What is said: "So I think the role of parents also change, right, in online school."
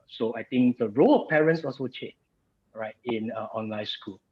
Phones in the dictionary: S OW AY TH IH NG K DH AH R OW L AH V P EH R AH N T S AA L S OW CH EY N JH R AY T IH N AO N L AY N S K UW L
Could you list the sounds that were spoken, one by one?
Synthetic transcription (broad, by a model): S OW AY T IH NG K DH AH R OW L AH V P EH R AH N T S AA L S OW CH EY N R AY T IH N AO N L AY N S K UW L